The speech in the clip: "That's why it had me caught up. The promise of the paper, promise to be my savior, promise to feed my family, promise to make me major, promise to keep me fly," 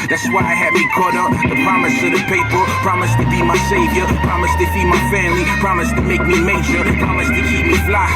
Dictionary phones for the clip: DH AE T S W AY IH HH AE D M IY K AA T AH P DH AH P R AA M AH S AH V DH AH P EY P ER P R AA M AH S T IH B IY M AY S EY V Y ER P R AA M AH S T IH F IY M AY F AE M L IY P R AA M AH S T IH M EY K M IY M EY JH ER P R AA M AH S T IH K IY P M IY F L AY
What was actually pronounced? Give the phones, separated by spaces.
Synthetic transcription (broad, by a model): DH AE T S W AY IH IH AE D M IY K AA T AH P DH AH P R AA M AH S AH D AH P EY P ER P R AA M AH S T IH B IY M AY S EY V Y ER P R AA M AH S T IH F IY M AY F AE M L IY P R AA M AH S T IH M EY K M IY M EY SH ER P R AA M AH S T IH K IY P M IY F L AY